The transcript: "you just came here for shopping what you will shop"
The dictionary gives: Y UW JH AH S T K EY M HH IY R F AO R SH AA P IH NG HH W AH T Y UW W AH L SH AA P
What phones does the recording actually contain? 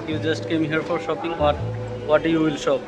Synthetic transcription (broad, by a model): Y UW JH AH S T K EY M HH IY R F AO R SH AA P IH NG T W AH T Y UW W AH L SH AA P